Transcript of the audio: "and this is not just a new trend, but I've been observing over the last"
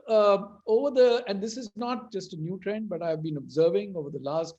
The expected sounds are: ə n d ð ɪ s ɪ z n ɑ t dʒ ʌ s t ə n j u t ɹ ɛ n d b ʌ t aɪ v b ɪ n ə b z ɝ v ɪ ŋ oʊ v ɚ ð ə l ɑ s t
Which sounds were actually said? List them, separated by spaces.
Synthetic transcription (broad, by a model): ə n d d ɪ s ɪ z n ɑ t dʒ ʌ s t ə n j u t ɹ ɛ n d b ʌ t aɪ v b ɪ n ə b z ɝ v ɪ ŋ oʊ v ɚ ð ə l ɑ s t